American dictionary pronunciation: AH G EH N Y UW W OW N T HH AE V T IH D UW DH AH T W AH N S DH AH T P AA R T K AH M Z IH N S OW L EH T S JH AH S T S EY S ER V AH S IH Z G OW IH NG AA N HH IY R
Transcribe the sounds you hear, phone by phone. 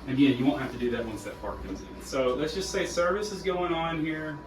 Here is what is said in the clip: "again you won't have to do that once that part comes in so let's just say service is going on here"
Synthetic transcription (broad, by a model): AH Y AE Y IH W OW N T HH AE F T IH D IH DH AH T W AH N S DH AH T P AA R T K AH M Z IH N S OW L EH T S JH AH S T S EY S ER V AH S IH Z G OW IH NG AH N HH IY R